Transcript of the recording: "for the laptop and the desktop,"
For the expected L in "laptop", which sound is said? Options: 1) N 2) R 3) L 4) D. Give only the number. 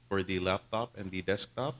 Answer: 3